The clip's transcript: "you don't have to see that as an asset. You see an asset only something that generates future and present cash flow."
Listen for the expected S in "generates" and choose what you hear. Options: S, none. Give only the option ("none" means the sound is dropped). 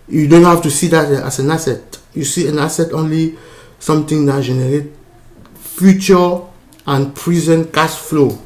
none